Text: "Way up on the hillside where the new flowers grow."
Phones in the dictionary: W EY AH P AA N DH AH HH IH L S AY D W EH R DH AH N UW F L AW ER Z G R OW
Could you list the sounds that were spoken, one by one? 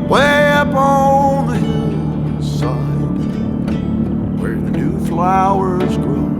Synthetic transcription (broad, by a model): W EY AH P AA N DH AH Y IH S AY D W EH R DH AH N UW F L AW ER Z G R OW